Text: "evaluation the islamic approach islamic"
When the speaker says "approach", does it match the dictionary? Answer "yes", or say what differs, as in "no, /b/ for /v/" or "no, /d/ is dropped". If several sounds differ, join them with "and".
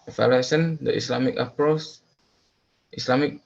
no, /s/ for /tʃ/